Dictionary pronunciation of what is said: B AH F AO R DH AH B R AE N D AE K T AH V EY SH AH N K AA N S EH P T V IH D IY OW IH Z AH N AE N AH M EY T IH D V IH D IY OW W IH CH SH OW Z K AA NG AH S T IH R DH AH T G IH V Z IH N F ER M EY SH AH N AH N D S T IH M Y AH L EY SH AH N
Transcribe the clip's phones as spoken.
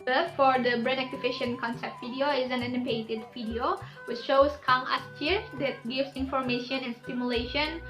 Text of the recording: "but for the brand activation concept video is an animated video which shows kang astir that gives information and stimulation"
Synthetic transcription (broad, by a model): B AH F AO R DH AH B R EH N AE K T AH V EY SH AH N K AA N S EH P T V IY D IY OW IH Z AH N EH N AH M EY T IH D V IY D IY OW W IH CH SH OW S K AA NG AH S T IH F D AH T G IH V S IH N F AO M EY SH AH N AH N S T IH M Y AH L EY SH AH N